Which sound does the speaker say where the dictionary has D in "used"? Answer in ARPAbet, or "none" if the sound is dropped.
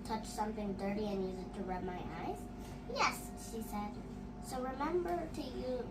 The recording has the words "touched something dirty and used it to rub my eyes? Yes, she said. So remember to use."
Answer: none